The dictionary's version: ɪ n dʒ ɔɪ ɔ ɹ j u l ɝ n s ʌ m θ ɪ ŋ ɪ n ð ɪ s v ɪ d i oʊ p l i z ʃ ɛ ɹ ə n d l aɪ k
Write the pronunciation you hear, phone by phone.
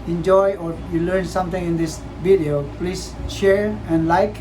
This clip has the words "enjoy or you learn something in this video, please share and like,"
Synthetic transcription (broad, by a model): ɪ n dʒ ɔɪ ɔ ɹ j u l ɝ n s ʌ m t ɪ ŋ ɪ n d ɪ s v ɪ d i oʊ p l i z ʃ ɛ ɹ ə n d l aɪ k